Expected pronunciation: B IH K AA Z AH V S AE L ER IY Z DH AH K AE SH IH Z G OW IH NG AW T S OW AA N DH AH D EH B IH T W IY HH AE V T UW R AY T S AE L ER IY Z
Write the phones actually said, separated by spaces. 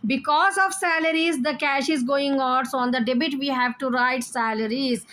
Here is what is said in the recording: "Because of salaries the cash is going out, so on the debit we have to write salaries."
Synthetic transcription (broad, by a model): B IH K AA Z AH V S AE L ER IY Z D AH K AE SH IH Z G OW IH NG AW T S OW AA N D AH D EH B IH T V IY HH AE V T UW R AY T S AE L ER IY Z